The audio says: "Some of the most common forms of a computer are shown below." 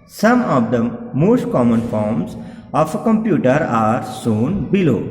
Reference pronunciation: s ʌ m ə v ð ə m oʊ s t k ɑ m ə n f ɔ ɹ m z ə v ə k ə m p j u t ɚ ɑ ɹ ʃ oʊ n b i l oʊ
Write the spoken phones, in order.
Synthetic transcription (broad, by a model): s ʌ m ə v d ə m oʊ s t k ɑ m ə n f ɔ ɹ m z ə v ə k ə m p j u t ɚ ɑ ɹ s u n b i l oʊ